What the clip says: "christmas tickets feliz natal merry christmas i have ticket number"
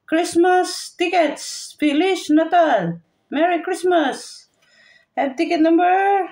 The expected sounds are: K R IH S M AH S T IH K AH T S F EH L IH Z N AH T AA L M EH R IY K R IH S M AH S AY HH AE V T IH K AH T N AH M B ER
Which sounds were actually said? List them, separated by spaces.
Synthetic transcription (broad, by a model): K R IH S M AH S T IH K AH T S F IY L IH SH N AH T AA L M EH R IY K R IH S M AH S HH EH B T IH K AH T N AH M B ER